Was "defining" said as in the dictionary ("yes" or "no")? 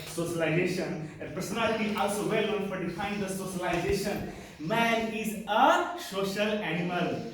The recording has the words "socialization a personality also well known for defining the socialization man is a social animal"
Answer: no